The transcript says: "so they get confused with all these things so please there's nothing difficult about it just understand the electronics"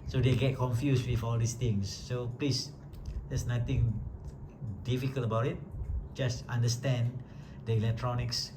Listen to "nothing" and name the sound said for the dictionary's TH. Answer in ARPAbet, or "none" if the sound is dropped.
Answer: T